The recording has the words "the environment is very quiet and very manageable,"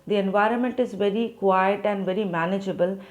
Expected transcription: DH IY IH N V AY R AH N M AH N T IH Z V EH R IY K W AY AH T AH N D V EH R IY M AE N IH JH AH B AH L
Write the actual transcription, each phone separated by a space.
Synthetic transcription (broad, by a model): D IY IH N V AY R AH N M AH N T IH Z V EH R IY K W AY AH T AH N D V EH R IY M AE N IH JH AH B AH L